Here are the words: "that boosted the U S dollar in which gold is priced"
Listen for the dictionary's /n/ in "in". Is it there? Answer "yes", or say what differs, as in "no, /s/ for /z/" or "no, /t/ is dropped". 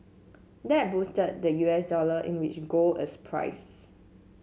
yes